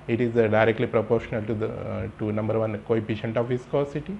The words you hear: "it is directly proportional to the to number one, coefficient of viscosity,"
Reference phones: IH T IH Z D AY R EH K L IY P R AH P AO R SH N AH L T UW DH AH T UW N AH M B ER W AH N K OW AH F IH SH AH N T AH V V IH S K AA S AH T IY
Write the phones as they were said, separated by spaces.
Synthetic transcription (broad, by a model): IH T IH Z D AY R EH K L IY P R AH P AO R SH N AH L T UW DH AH T UW N AH M B ER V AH N K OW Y P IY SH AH N T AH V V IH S K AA S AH T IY